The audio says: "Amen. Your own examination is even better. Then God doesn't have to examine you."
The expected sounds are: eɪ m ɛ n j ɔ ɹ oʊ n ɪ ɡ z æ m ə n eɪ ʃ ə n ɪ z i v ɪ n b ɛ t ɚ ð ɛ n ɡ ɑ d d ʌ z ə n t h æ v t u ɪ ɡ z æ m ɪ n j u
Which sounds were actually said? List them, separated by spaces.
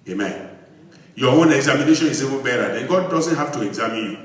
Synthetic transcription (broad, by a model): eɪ m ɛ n j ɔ w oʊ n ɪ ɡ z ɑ m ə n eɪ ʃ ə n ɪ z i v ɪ l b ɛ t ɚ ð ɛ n ɡ ɑ d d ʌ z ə n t h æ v t u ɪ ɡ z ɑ m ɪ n j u